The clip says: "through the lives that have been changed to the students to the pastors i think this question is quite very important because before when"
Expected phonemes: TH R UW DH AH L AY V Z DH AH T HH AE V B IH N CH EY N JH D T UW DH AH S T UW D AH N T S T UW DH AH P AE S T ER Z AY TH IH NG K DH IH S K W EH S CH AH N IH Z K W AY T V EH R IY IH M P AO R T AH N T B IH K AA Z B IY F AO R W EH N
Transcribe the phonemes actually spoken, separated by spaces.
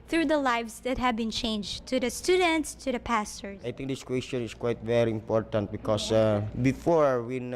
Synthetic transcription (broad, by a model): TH R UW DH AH L AY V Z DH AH T HH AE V B IH N CH EY N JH T UW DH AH S T UW D AH N T S T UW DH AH P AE S T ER AY T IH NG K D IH S K W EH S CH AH N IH S K W AY T V EH R IY IH M P AO R T AH N T B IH K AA S B IY F AO R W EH N